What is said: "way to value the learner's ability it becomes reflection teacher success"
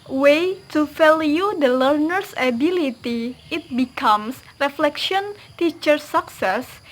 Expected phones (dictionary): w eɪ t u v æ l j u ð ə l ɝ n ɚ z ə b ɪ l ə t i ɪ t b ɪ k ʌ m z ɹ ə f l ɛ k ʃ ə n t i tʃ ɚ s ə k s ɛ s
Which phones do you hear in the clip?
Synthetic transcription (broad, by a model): w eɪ t u f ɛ l j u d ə l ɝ n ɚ s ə b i l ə t i ɪ t b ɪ k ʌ m s ɹ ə f l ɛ k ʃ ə n t i tʃ ɚ s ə k s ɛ s